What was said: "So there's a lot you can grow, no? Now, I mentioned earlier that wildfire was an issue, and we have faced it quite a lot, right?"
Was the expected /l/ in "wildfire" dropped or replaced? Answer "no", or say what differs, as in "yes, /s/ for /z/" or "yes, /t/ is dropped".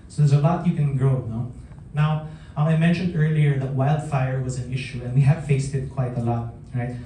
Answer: no